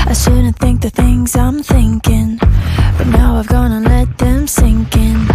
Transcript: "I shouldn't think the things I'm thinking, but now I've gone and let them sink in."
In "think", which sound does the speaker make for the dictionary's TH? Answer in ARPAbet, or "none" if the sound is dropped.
TH